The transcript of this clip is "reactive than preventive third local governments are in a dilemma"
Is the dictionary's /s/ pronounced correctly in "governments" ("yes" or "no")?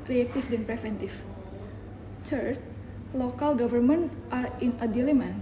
no